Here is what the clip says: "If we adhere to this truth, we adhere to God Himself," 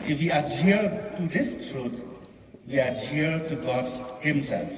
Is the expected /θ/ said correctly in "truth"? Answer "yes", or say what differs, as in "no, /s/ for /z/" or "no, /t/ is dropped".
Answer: no, /t/ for /θ/